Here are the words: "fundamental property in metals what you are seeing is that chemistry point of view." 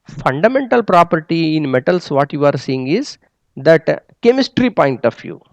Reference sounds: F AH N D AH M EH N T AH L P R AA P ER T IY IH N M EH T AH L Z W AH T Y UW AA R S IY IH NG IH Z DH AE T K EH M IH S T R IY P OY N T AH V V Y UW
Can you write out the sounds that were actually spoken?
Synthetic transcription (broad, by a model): F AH N D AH M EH N T AH L P R AA P ER T IY IH N M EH T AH L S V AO T Y UW AA R S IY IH NG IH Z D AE T K EH M IH S T R IY P OY N T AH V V Y UW